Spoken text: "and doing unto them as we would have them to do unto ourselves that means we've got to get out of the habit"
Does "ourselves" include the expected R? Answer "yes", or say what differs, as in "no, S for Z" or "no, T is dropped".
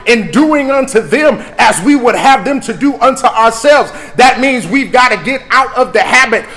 yes